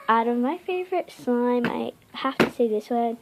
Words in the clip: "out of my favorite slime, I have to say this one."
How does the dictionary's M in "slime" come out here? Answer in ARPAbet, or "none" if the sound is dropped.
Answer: M